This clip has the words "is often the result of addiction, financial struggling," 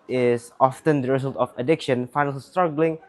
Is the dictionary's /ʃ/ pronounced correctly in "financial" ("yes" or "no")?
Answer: no